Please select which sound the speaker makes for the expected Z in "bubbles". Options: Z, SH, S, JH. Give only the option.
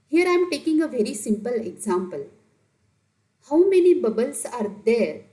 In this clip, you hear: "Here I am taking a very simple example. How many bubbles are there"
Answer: S